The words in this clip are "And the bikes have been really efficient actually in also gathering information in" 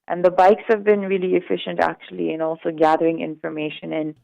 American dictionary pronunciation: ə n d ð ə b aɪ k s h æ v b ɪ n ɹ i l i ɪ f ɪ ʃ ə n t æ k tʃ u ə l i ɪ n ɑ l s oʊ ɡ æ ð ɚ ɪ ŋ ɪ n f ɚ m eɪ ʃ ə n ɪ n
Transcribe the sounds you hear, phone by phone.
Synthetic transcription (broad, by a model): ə n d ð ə b aɪ k s h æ v b ɪ n ɹ i l i ɪ f ɪ ʃ ə n t æ k tʃ u ə l i ɪ n ɑ l s oʊ ɡ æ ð ɚ ɪ ŋ ɪ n f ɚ m eɪ ʃ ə n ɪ n